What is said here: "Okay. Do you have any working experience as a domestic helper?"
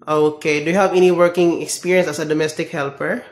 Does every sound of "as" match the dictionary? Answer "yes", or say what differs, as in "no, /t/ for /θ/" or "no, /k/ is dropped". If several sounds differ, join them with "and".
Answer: no, /s/ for /z/